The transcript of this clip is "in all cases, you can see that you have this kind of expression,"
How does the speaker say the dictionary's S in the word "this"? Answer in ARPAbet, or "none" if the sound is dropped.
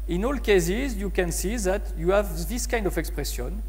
S